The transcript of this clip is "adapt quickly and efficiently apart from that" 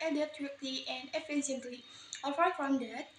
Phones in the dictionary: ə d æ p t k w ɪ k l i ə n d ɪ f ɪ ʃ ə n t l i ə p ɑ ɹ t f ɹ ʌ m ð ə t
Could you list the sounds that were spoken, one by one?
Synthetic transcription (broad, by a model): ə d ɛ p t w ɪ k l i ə n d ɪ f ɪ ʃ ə n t l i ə f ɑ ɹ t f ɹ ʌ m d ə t